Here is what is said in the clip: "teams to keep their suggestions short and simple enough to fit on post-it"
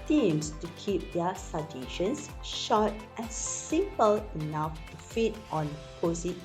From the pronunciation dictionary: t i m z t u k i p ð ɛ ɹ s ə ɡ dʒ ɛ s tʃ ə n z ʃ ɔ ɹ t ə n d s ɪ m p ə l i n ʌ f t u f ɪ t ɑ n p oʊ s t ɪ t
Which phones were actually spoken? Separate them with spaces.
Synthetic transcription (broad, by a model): t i m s t u k i p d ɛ s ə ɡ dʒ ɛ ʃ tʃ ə n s ʃ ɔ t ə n s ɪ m p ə l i n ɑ f t u f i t ɑ n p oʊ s ɪ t